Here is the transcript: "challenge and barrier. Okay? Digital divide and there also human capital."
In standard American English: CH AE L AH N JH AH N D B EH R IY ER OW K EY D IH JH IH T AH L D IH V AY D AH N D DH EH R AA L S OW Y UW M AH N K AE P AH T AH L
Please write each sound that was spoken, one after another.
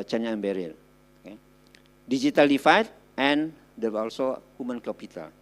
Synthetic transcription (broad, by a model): CH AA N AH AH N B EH R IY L OW K EY D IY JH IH T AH L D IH F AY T AH N D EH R AA L S OW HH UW M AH N K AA P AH T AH L